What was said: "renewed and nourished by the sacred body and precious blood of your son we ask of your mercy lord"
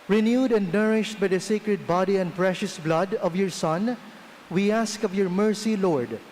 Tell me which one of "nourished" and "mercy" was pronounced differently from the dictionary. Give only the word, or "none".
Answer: none